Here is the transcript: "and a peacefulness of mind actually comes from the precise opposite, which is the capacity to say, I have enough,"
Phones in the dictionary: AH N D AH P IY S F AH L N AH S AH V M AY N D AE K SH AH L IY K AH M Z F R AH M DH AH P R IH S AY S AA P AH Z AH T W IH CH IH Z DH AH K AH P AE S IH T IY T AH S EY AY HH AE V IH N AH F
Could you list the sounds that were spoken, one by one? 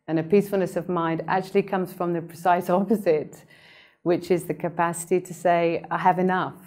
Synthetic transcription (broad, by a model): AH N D AH P IY S F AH L N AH S AH V M AY N D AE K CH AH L IY K AH M Z F R AH M DH AH P R IH S AY S AA P AH Z AH T W IH CH IH Z DH AH K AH P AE S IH T IY T AH S EY AY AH V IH N AH F